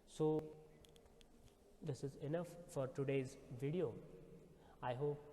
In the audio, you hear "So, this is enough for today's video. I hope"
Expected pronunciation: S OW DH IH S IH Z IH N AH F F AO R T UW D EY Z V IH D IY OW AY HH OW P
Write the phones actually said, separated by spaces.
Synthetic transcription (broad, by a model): S OW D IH S IH Z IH N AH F F AO R T UW D EY Z V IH D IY OW AY HH OW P